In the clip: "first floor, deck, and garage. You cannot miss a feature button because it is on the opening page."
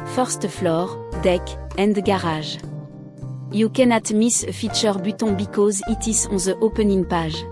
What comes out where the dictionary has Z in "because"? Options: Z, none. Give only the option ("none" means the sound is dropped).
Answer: Z